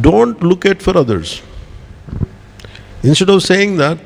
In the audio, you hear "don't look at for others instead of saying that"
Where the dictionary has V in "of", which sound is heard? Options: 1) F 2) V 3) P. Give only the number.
2